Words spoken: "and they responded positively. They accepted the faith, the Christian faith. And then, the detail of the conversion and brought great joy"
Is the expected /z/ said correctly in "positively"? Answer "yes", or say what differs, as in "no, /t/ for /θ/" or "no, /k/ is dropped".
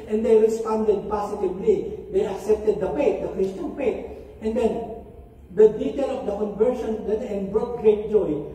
no, /s/ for /z/